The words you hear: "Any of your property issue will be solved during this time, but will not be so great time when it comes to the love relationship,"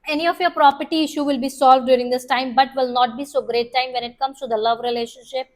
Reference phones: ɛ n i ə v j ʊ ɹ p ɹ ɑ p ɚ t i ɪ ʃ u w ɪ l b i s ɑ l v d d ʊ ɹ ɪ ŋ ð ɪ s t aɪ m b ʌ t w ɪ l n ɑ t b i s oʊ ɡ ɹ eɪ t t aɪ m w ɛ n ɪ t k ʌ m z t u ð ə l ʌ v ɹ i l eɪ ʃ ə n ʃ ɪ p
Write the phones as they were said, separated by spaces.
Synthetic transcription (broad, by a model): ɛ n i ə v j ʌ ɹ p ɹ ɑ p ɚ t i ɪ ʃ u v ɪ l b i s ɑ l v d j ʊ ɹ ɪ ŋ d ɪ s t aɪ m b ʌ t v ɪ l n ɑ t b i s oʊ ɡ ɹ eɪ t t aɪ m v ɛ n ɪ t k ʌ m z t u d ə l ʌ v ɹ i l eɪ ʃ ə n ʃ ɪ p